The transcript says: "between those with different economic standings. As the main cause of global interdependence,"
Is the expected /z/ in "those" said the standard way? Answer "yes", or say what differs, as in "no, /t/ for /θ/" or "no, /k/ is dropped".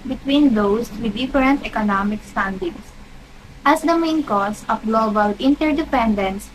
no, /s/ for /z/